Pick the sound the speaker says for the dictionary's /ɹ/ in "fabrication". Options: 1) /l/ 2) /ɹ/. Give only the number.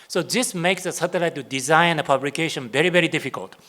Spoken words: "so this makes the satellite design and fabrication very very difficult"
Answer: 1